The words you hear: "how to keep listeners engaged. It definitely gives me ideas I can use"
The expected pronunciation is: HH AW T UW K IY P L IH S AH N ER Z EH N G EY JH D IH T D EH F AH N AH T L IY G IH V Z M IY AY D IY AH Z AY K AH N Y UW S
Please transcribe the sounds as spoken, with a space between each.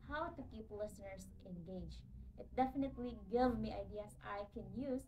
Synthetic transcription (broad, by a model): HH AW T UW K IY P L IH S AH N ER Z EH N G EY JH IH T D EH F AH N AH T L IY G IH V M IY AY D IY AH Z AY K AH N Y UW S